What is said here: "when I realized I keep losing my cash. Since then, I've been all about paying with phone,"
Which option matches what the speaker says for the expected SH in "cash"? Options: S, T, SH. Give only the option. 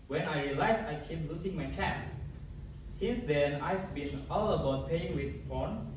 S